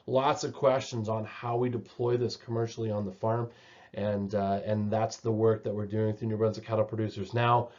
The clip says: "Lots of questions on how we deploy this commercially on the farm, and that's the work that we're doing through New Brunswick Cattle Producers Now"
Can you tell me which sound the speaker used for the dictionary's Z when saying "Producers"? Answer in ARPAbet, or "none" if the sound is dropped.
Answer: Z